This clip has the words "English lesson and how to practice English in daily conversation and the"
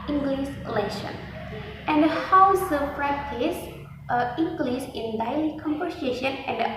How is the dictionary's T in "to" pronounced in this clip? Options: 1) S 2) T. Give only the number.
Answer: 1